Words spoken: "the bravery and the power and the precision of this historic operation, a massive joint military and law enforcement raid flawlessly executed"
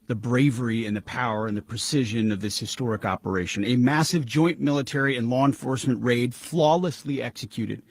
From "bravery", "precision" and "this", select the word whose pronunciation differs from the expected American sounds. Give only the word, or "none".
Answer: none